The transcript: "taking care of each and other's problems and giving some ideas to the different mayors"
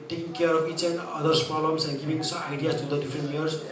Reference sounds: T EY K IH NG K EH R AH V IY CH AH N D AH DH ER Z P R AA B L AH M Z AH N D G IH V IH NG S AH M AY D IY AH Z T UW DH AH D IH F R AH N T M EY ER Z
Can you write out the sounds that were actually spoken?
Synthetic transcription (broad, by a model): T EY K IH NG K EH R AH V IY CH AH N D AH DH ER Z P AA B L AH M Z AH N G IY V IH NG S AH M AY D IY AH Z T UW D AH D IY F R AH N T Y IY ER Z